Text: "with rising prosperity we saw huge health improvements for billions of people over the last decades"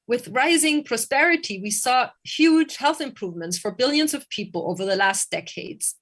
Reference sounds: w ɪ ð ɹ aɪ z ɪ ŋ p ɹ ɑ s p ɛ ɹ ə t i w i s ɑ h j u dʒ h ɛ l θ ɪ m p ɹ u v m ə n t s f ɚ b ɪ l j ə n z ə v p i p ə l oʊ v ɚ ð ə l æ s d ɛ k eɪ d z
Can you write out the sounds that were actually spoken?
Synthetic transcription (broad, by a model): w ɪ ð ɹ aɪ z ɪ ŋ p ɹ ɑ s p ɛ ɹ ə t i w i s ɑ h j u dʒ h ɛ l θ ɪ m p ɹ u v m ə n t s f ɚ b ɪ l j ə n z ə v p i p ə l oʊ v ɚ ð ə l æ s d ɛ k eɪ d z